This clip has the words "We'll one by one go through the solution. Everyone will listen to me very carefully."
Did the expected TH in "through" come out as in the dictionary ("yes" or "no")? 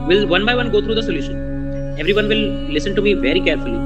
no